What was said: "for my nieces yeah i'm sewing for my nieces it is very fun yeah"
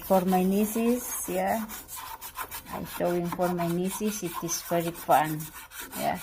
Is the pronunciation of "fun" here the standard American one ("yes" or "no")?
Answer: no